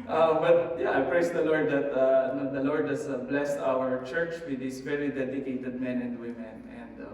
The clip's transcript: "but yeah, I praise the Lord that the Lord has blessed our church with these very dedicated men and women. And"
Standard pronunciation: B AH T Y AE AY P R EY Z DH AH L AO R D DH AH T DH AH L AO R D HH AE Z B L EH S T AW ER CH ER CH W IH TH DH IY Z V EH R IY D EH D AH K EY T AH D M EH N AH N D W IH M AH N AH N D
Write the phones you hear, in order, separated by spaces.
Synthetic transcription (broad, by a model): B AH T Y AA AY P R EY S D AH L AO R D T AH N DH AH L AO R D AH S B L EH S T AW ER CH ER CH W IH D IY S V EH R IY D EH D AH K EY T AH D M EH N AH N D W IH M AH N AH N D